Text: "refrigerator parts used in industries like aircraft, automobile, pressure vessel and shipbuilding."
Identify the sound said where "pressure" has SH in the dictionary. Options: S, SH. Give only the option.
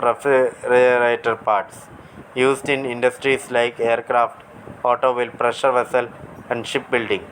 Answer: SH